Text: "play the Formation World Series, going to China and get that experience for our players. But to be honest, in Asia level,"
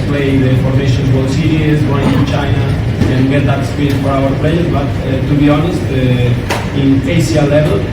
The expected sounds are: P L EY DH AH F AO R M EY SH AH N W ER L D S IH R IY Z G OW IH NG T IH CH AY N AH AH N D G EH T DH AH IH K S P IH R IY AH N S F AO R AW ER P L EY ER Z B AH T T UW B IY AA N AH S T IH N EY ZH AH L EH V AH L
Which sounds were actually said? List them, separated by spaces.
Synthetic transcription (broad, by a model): P L EY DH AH F AO R M EY SH AH N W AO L S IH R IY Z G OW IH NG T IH CH AY N AH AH N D G EH T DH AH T S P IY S F AO R AW ER P L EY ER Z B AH T T UW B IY AA N AH S T IH N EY S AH L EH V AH L